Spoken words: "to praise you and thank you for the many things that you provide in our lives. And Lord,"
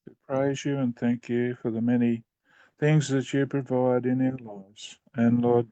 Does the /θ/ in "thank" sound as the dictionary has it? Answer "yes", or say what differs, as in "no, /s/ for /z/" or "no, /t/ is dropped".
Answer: yes